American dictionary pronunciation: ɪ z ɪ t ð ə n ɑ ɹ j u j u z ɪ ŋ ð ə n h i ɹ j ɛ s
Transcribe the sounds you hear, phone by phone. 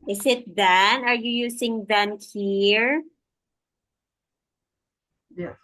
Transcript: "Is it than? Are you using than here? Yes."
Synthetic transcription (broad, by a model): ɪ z ɪ t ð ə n ɑ ɹ j u j u s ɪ ŋ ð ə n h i ɹ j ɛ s